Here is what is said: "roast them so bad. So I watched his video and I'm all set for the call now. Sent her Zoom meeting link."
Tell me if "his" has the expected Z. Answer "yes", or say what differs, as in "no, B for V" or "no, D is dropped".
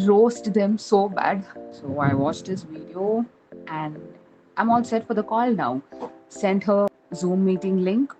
no, S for Z